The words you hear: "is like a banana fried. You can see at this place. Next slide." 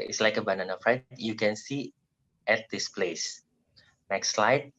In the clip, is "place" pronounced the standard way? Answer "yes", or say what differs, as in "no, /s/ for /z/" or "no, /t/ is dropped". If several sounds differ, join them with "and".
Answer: yes